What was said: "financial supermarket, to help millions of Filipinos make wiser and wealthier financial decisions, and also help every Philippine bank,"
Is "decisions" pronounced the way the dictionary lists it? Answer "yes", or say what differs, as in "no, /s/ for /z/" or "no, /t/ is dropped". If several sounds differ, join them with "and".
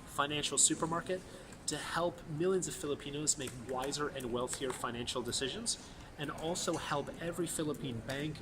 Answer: yes